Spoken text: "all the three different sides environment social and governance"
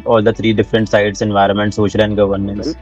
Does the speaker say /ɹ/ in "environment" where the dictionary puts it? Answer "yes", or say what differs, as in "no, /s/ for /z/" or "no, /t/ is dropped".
yes